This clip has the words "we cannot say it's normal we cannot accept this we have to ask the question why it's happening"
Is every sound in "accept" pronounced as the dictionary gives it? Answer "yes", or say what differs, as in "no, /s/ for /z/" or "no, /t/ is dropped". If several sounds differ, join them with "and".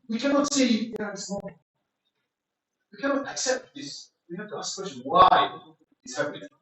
yes